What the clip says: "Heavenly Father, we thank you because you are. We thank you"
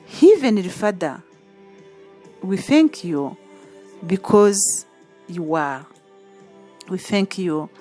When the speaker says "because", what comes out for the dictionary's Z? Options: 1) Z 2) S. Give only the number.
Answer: 1